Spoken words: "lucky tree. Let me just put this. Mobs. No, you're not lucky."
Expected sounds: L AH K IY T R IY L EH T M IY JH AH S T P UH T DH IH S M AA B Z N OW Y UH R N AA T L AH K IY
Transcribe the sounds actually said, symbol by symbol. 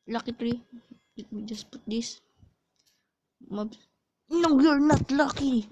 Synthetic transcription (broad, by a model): L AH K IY T R IY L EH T M IY JH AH S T P UH T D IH S M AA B N OW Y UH R N AA T L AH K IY